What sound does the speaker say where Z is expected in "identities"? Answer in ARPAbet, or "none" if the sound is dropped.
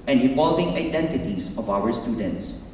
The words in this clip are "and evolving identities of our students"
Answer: S